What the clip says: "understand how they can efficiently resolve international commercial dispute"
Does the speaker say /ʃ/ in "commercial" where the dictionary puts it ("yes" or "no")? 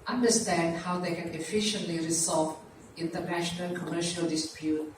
yes